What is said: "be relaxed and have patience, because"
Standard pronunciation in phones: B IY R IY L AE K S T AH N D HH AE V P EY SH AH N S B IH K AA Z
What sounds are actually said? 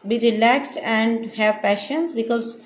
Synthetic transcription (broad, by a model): B IY R IY L AE K S T AH N D HH AE V P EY SH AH N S B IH K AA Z